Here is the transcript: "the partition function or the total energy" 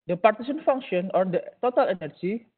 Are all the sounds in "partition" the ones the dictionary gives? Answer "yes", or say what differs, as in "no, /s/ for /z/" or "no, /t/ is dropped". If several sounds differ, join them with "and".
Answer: no, /s/ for /ʃ/